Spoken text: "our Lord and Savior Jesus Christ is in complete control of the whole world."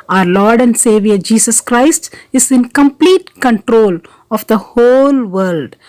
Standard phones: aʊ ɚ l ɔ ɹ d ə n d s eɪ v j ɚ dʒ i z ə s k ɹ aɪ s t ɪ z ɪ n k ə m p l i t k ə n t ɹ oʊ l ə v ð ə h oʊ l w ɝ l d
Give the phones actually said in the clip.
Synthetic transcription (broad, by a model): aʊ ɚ l ɔ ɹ d ə n d s eɪ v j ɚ dʒ i s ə s k ɹ aɪ s t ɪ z ɪ n k ə m p l i t k ə n t ɹ oʊ l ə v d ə h oʊ l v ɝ l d